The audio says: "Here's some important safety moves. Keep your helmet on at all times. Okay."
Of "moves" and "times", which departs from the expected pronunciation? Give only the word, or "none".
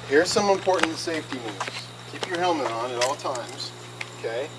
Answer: moves